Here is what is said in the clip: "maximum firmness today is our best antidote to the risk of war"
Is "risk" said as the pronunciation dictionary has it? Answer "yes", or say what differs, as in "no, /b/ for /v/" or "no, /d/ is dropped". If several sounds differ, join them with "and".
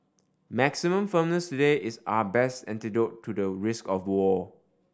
yes